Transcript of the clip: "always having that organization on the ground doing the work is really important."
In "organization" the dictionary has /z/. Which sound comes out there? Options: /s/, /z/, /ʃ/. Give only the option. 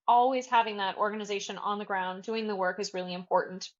/z/